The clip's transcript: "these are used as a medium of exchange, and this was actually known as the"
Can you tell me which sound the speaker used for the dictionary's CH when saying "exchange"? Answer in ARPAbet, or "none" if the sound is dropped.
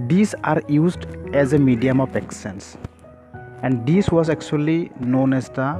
none